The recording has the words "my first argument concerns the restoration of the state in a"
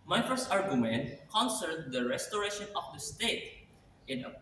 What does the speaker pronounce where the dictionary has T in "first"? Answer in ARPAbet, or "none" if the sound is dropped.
none